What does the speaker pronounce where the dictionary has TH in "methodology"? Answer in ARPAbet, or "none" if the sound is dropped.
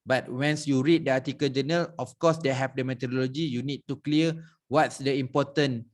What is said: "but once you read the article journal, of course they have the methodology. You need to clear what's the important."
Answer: T